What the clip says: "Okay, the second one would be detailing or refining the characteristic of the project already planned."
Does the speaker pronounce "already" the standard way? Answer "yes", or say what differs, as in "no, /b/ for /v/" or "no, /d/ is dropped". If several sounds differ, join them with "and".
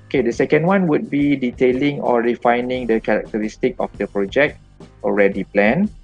yes